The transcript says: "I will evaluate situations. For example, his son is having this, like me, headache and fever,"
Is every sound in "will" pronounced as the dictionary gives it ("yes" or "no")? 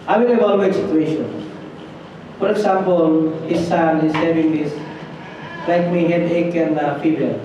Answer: no